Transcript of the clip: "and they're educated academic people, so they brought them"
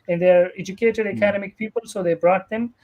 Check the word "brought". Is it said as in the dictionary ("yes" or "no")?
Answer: yes